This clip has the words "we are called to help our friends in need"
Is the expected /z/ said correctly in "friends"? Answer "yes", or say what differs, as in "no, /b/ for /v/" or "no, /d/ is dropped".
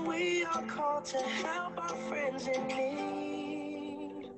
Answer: yes